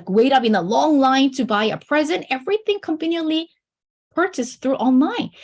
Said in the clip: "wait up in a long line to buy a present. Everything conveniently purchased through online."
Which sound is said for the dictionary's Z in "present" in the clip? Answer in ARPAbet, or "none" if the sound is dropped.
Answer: Z